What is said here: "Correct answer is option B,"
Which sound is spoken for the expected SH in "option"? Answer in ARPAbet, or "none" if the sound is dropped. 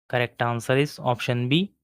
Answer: SH